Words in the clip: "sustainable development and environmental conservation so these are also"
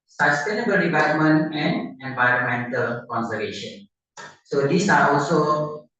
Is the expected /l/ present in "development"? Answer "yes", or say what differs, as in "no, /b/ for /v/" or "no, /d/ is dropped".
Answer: no, /l/ is dropped